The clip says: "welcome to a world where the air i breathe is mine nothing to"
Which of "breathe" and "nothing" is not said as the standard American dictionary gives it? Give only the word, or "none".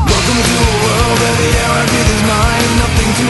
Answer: breathe